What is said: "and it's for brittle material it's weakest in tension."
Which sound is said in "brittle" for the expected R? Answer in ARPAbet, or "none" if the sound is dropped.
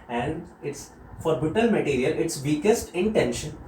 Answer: none